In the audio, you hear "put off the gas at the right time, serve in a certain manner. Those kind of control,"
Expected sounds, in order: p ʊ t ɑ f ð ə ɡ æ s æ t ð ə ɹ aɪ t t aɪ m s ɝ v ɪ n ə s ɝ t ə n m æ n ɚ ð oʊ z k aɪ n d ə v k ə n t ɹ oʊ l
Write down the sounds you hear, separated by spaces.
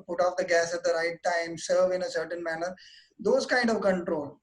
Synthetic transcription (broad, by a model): p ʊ t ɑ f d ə ɡ æ s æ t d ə ɹ aɪ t t aɪ m s ɝ v ɪ n ə s ɝ t ə n m æ n ɚ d oʊ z k aɪ n d ə v k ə n t ɹ oʊ l